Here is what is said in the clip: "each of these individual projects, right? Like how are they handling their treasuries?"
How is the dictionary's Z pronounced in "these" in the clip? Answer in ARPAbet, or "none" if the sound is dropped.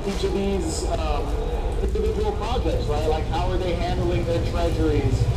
Z